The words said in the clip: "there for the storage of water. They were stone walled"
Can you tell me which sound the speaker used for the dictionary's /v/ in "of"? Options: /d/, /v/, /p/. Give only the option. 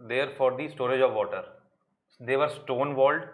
/v/